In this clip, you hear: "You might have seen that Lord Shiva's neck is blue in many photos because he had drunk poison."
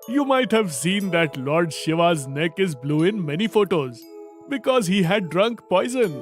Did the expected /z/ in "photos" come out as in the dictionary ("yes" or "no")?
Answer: yes